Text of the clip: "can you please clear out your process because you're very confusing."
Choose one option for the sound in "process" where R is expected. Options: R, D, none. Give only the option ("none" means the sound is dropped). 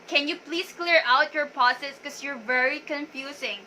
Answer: none